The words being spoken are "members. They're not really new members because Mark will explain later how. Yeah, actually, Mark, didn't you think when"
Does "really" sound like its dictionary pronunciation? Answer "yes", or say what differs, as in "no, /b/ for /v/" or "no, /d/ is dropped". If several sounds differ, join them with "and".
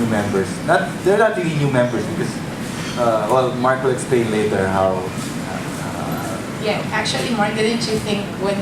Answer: no, /l/ is dropped